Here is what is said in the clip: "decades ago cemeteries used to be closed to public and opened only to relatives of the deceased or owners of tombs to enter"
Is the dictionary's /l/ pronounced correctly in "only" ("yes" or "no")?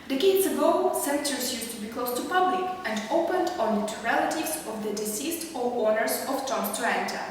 no